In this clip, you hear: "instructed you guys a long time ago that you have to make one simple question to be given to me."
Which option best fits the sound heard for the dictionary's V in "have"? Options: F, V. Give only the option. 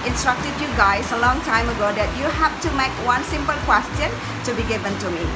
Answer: F